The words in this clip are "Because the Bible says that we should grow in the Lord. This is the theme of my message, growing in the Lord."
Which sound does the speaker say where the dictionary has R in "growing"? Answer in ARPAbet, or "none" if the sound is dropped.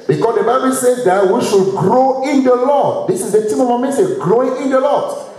R